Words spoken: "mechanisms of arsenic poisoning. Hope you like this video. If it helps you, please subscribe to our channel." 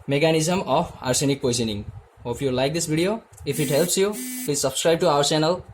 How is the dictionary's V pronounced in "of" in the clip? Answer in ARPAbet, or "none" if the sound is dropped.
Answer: P